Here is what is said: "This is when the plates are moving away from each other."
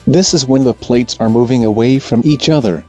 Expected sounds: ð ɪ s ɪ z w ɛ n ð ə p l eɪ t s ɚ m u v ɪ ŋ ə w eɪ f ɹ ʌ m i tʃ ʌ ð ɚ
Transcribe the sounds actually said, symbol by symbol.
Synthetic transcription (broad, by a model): ð ɪ s ɪ z w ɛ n ð ə p l eɪ t s ɚ m u v ɪ ŋ ə w eɪ f ɹ ʌ m i tʃ ʌ ð ɚ